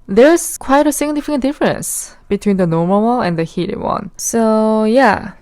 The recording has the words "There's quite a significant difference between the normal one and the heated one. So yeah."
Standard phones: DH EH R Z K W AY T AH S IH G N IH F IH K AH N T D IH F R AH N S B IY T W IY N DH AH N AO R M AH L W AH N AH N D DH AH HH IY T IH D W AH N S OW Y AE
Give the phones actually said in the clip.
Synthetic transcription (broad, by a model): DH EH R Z K W AY T AH S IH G N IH F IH K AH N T D IH F R AH N S B IY T W IY N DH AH N AO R M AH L W AH N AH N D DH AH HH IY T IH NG W AH N S OW Y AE